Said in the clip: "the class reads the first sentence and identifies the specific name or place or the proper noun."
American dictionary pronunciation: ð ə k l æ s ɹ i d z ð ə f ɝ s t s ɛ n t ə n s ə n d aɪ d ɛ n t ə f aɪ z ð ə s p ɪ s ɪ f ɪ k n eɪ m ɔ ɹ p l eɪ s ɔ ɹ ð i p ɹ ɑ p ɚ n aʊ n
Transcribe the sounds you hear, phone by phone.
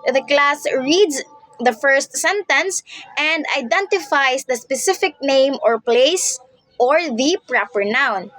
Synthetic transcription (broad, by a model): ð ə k l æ s ɹ i d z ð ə f ɝ s t s ɛ n t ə n s ə n d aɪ d ɛ n t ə f aɪ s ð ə s p ɪ s ɪ f ɪ k n eɪ m ɔ ɹ p l eɪ s ɔ ɹ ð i p ɹ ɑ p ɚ n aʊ n